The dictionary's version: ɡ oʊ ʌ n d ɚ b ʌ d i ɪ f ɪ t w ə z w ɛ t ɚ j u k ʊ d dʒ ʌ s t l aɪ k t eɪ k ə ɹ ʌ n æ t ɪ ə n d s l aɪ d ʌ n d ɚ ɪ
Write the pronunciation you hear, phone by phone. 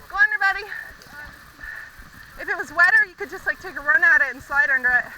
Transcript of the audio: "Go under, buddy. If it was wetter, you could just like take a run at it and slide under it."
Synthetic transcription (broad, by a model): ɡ oʊ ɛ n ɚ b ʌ d i ɪ f ɪ t w ə z w ɛ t ɚ j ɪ k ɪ d dʒ ʌ s t l aɪ k t eɪ k ə ɹ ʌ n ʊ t ɪ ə n s aɪ d ʌ n d ɚ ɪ